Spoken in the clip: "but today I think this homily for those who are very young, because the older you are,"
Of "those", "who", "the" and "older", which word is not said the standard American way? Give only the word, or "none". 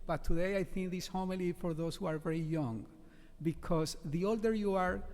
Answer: those